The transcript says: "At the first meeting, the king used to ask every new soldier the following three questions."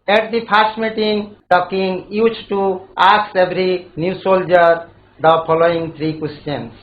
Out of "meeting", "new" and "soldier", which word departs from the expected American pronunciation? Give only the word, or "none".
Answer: none